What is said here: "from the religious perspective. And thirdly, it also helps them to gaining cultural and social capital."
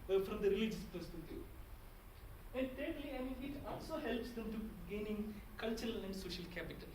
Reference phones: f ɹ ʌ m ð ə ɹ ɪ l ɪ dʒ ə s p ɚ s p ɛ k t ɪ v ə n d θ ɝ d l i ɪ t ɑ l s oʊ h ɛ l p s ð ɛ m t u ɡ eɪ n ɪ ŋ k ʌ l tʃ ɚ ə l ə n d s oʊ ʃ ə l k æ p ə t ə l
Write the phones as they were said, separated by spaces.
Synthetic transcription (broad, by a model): f ɹ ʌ m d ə ɹ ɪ l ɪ dʒ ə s p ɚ s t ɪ t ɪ ə n d t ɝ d l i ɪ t ɑ l s oʊ h ɛ l p s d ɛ m t u ɡ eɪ n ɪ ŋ k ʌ l tʃ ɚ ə l ə n d s oʊ ʃ ə l k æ p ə t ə l